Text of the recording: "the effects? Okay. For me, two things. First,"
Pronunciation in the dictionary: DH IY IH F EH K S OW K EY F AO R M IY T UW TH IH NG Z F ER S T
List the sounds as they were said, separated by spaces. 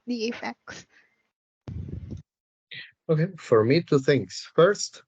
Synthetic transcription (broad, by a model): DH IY IH F EH K S OW K EY F AO R M IY T UW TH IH NG S F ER S T